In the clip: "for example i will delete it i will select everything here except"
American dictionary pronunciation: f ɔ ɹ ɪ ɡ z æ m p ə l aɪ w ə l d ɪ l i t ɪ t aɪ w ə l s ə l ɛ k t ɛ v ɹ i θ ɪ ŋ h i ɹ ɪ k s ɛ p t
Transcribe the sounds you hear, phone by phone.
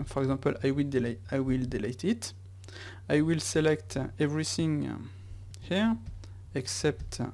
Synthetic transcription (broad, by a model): f ɔ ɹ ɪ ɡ z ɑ p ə l aɪ w ə l d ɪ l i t ɪ t aɪ w ə l s ə l ɛ k t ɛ v ɹ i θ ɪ ŋ h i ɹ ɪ k s ɛ p t